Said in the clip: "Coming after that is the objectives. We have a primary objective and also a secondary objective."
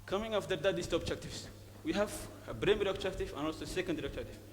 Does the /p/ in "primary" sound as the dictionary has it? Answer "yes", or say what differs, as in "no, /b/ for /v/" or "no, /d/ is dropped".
no, /b/ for /p/